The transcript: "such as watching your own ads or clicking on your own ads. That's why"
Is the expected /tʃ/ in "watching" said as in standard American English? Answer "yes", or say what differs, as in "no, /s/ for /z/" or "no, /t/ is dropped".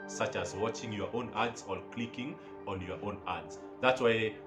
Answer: yes